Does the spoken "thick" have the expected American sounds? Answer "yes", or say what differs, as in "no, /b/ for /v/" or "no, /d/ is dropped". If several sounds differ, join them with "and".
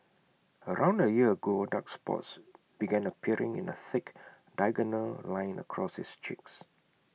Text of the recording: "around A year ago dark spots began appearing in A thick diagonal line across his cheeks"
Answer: yes